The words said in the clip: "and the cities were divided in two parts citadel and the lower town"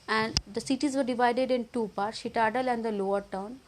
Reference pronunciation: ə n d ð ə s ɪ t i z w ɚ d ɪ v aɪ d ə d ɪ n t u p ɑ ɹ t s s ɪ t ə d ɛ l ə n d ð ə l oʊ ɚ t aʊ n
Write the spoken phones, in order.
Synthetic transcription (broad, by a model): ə n d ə s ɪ t i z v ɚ d ɪ v aɪ d ə d ɪ n t u p ɑ ɹ t s ʃ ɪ t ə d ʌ l ə n d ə l oʊ ɚ t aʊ n